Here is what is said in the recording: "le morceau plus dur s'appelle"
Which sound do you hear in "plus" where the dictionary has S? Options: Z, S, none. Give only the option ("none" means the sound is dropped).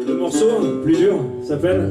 none